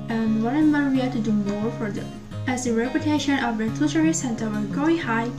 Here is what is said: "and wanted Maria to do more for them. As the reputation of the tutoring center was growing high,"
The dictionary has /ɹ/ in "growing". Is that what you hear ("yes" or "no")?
no